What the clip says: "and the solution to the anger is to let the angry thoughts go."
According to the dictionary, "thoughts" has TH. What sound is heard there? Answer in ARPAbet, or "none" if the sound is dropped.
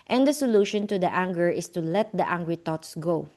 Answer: T